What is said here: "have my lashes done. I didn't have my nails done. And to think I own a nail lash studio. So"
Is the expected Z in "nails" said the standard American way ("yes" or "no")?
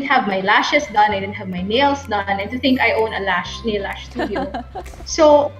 no